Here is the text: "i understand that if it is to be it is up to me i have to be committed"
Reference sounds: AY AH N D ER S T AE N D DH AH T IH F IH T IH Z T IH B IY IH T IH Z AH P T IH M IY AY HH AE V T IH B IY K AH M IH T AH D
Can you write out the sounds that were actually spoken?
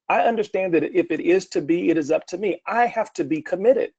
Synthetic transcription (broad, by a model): AY AH N D ER S T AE N DH AH T IH F IH T IH Z T IH B IY IH T IH Z AH P T IH M IY AY HH AE F T IH B IY K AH M IH T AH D